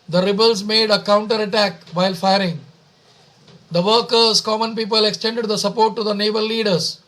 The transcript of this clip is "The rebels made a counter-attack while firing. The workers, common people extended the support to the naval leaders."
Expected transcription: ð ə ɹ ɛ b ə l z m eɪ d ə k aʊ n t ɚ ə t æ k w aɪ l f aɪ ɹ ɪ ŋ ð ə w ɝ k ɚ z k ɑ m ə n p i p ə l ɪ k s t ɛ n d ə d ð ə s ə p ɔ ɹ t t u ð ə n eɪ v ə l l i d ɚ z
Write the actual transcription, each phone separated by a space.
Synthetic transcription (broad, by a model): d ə ɹ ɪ b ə l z m eɪ d ə k aʊ n t ɚ ə t æ k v aɪ l f aɪ ɹ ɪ ŋ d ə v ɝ k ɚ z k ɑ m ə n p i p ə l ɪ k s t ɛ n d ə d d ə s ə p ɔ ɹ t t u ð ə n eɪ b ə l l i d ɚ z